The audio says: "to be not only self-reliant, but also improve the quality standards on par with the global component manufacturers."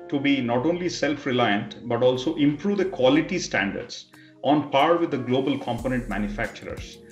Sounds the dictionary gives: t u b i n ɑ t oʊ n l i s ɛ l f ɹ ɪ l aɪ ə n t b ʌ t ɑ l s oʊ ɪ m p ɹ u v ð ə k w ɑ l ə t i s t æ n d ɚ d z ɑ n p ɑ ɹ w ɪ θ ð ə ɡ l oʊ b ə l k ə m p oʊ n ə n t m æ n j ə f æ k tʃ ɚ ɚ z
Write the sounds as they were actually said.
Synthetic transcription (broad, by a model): t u b i n ɑ t oʊ n l i s ɛ l f ɹ ɪ l aɪ ə n t b ʌ t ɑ l s oʊ ɪ m p ɹ u v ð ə k w ɑ l ə t i s t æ n d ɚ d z ɑ n p ɑ ɹ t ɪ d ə ɡ l oʊ b ə l k ə m p oʊ n ə n t m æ n j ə f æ k tʃ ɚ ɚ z